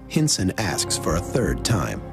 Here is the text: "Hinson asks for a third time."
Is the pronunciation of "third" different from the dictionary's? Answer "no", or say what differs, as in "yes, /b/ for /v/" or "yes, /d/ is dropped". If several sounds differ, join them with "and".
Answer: no